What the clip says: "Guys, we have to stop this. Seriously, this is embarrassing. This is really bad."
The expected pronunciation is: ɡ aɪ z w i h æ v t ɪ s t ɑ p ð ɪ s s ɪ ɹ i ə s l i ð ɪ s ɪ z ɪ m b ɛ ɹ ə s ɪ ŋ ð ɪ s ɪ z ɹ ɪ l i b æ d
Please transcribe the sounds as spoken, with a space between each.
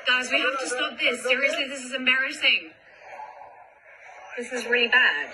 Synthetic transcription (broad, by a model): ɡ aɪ z w i h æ f t ɪ s t ɑ p ð ɪ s s ɪ ɹ i ə s l i ð ɪ s ɪ z ɪ m b ɛ ɹ ə s ɪ ŋ ð ɪ s ɪ z ɹ ɪ l i b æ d